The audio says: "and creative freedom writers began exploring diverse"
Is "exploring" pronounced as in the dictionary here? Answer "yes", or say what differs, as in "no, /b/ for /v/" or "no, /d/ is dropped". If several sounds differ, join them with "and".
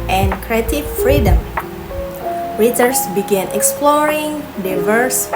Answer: yes